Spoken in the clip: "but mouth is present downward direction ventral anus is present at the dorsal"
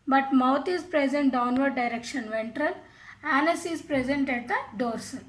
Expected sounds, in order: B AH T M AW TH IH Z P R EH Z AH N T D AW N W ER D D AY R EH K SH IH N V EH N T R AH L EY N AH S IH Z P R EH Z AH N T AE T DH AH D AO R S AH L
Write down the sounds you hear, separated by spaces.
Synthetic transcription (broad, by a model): B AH T M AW T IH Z P R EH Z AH N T D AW N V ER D D AY R EH K SH IH N V EH N T R AH L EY N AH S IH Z P R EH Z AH N T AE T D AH D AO R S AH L